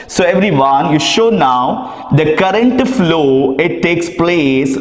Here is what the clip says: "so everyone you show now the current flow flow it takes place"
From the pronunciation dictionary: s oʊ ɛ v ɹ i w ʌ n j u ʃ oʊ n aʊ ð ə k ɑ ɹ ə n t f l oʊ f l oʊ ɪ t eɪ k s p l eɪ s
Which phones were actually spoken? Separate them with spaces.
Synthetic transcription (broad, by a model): s oʊ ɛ v ɹ i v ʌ n j u ʃ oʊ n aʊ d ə k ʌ ɹ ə n t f f l oʊ ɪ t eɪ k s p l eɪ s